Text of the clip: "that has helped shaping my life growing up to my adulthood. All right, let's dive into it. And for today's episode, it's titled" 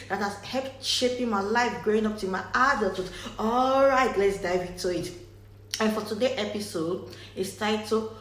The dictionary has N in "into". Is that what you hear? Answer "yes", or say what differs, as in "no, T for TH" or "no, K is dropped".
no, N is dropped